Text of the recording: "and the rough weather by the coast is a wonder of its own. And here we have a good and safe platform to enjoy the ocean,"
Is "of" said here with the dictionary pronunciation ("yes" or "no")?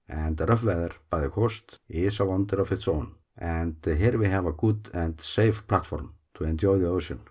no